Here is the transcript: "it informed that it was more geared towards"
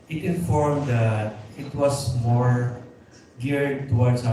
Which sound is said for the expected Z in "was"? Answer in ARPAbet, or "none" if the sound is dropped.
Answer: S